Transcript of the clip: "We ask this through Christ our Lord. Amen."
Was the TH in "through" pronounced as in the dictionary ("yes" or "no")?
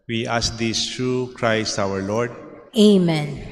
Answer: no